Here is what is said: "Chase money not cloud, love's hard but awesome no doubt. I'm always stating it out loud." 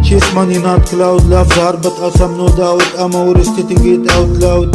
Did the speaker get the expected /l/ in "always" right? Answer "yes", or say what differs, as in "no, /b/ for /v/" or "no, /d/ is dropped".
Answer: no, /l/ is dropped